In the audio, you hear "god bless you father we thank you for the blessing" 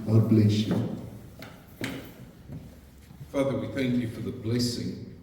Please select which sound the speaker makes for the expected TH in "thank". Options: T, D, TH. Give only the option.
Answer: TH